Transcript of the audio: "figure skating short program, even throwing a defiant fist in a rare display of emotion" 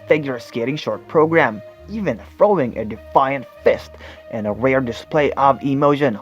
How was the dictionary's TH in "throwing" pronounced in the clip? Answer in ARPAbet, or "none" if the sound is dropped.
F